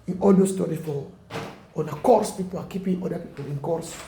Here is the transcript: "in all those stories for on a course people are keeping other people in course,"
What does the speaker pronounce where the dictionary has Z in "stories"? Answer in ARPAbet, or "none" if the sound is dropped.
none